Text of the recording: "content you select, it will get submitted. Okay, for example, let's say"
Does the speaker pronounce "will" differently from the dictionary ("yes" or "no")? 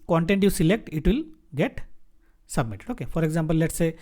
no